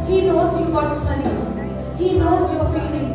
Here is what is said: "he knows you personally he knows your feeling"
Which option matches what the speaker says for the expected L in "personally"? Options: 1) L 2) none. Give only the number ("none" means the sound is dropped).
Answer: 2